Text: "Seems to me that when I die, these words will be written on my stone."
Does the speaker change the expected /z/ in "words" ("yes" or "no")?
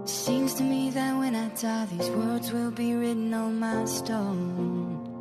no